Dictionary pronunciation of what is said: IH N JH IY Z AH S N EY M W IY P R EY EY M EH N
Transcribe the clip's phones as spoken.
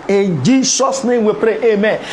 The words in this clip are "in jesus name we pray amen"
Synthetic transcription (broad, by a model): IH N JH IY S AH S N EY M W IY P R EY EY M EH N